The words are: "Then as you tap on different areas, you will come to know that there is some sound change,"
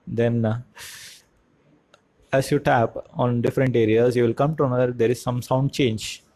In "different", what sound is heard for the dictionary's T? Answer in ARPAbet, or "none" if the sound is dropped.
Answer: T